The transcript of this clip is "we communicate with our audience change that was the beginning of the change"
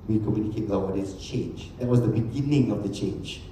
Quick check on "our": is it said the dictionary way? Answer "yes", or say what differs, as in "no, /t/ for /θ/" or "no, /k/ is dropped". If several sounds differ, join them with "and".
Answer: no, /w/ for /ɹ/